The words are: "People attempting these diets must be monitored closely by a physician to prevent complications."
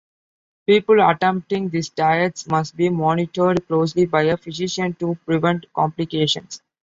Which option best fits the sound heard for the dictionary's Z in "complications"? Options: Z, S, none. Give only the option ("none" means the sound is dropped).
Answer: S